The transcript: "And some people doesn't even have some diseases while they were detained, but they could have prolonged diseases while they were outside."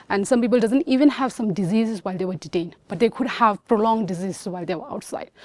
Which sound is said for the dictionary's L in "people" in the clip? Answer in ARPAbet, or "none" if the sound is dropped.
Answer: L